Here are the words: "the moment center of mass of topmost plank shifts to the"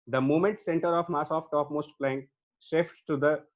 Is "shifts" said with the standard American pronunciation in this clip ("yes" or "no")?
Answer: no